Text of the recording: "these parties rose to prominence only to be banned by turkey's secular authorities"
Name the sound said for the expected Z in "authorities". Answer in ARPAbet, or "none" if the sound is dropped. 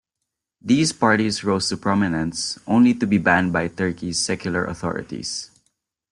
S